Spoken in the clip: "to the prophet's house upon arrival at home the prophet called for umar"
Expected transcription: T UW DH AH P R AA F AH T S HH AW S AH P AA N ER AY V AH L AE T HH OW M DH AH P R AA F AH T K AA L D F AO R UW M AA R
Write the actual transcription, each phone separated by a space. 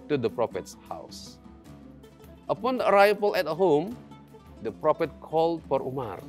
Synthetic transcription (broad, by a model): T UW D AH P R AA F AH T S HH AW S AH P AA N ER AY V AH L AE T HH OW M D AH P R AA F AH T K AA L D F AO R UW M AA R